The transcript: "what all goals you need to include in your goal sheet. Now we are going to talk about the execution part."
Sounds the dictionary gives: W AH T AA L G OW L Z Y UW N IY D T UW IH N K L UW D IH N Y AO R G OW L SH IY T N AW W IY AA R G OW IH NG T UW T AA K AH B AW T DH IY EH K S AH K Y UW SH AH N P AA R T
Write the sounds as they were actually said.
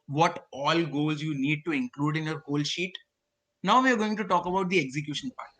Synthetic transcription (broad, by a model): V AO T AA L G OW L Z Y UW N IY D T UW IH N K L UW D IH N Y AO R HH OW L SH IY T N AW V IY AA R G OW IH NG T UW T AA K AH B AW T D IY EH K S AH K Y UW SH AH N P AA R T